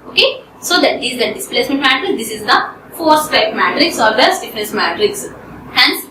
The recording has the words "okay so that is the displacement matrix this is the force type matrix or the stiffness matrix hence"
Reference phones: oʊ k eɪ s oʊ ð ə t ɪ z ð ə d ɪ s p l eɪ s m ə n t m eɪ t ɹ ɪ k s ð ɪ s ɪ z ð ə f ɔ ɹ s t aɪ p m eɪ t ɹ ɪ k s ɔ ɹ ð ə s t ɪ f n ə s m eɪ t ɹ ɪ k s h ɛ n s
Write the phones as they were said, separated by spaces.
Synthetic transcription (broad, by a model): oʊ k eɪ s oʊ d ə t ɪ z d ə d ɪ s p l eɪ s m ə n t m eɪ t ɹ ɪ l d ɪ s ɪ z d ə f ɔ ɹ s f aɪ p m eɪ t ɹ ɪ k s ɔ ɹ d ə s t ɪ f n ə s m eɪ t ɹ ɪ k s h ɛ n s